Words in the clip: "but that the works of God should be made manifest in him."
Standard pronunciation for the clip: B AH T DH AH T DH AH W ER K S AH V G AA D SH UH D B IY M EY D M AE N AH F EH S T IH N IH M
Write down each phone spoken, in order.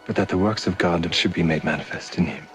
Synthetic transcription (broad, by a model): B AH T DH AH T DH AH W ER K S AH V G AA D SH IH D B IY M EY D M AE N AH F EH S T IH N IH M